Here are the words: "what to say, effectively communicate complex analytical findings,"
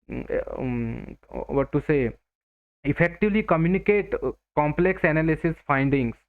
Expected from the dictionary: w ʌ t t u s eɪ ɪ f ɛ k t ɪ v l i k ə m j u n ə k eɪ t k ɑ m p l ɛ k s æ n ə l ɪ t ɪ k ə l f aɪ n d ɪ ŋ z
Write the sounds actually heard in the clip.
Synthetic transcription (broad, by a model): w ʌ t t u s eɪ ɪ f ɛ k t ɪ v l i k ə m j u n ə k eɪ t k ɑ m p l ɛ k s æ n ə l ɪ s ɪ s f aɪ n d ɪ ŋ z